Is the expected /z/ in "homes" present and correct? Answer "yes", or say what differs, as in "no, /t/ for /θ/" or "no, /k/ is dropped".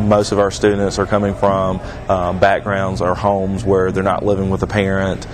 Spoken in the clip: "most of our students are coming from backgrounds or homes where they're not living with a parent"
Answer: yes